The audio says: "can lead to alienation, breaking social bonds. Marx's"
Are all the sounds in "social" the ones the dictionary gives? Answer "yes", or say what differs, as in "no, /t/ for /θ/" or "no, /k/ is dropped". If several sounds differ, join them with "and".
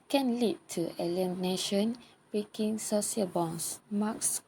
no, /s/ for /ʃ/